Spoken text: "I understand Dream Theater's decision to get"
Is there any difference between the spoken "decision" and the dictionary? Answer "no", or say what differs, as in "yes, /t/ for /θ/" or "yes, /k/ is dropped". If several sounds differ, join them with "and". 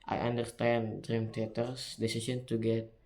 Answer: yes, /s/ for /ʒ/